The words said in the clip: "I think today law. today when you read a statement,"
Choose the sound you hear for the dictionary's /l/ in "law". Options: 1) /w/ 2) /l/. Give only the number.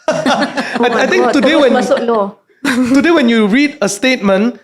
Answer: 1